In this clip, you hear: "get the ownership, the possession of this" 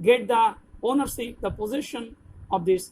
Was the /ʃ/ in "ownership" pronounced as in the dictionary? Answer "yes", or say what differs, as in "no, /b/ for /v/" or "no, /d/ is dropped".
no, /s/ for /ʃ/